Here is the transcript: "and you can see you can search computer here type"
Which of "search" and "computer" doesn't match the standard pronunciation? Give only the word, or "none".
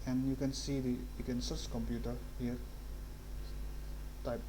search